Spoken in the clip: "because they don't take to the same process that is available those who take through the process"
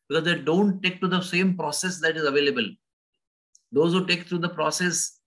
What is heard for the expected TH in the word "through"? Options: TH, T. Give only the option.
T